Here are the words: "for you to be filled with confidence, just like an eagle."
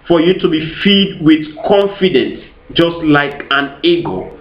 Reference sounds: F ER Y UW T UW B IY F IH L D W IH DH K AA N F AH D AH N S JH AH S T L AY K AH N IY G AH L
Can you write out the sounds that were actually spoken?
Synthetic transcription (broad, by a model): F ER Y UW T UW B IY F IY D W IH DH K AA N F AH D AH N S JH AH S T L AY K AH N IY G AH